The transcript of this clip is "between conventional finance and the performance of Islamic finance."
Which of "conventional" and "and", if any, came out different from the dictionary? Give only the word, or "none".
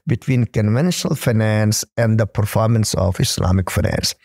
none